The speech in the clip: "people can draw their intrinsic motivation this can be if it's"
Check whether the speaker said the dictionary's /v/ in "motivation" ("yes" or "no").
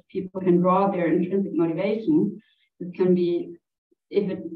yes